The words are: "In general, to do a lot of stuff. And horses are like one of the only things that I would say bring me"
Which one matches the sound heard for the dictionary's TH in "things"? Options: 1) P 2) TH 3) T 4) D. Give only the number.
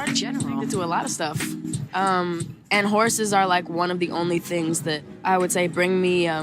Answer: 2